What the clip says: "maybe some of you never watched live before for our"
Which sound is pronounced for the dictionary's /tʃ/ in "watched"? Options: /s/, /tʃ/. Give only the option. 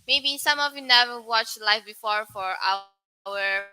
/tʃ/